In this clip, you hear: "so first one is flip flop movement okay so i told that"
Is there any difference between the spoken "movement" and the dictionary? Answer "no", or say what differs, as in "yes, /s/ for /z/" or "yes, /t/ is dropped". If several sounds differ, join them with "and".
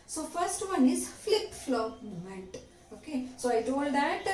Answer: yes, /v/ is dropped